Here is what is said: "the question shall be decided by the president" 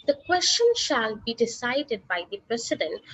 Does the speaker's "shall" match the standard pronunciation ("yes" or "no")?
yes